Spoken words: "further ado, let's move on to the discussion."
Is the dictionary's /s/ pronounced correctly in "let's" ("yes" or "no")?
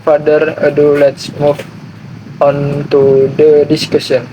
yes